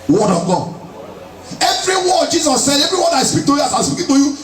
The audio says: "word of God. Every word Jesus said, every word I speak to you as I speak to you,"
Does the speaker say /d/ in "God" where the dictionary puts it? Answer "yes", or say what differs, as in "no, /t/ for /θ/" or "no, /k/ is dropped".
no, /d/ is dropped